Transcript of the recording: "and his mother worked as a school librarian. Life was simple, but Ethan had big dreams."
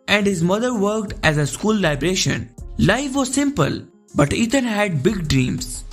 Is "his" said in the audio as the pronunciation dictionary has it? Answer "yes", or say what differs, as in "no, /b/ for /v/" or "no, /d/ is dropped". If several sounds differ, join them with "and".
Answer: yes